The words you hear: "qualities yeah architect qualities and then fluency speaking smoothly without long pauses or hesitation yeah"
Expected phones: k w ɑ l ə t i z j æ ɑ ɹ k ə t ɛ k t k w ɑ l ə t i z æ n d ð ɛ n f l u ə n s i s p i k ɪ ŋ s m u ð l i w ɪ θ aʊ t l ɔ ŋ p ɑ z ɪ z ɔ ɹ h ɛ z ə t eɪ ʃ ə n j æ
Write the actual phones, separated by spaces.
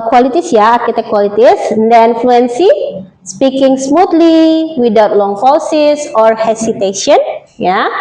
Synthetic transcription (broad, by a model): k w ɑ l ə t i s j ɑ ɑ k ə t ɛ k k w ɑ l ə t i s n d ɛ n f l u ə n s i s p i k ɪ ŋ s m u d l i w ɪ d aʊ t l ɔ ŋ f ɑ s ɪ s ɔ ɹ h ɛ s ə t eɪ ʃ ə n j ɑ